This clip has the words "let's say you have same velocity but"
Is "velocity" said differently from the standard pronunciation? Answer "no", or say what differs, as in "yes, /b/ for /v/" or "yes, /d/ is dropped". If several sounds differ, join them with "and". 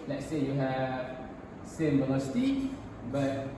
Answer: yes, /n/ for /l/